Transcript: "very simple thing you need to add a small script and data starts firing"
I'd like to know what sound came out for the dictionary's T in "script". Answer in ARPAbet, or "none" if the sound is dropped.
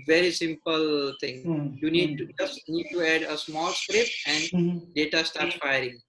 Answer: none